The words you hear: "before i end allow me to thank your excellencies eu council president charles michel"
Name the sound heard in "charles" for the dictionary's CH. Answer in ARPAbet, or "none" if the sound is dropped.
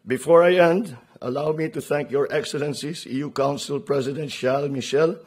SH